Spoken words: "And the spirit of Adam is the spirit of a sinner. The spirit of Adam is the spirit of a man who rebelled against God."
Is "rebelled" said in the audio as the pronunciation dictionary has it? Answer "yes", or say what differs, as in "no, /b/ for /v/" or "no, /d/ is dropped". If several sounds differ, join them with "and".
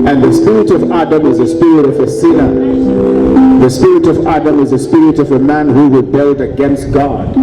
yes